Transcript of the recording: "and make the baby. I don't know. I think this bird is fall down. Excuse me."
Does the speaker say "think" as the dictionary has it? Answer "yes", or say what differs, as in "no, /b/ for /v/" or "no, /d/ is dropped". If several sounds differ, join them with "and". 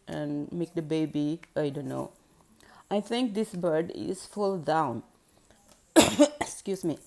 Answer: no, /t/ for /θ/